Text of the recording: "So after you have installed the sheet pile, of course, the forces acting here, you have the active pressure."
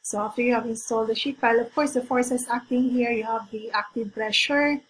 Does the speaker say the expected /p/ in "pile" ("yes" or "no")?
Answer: no